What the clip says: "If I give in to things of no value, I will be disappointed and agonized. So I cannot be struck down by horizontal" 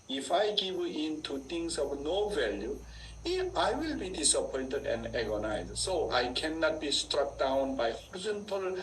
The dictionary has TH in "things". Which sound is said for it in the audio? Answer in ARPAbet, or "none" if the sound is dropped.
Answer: T